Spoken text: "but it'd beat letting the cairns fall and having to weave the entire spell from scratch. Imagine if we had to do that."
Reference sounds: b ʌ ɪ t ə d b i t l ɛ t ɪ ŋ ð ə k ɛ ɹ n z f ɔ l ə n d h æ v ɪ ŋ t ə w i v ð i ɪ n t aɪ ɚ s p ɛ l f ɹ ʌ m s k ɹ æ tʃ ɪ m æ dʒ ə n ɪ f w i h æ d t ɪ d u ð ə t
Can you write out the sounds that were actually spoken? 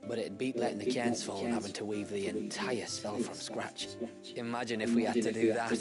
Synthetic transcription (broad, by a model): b ʌ t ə b i t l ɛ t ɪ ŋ ð ə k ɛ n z f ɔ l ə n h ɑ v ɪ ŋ t ə w i v ð i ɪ n t aɪ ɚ s f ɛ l f ɹ ʌ m s k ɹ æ tʃ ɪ m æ dʒ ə n ɪ f w i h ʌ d t ɪ d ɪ ð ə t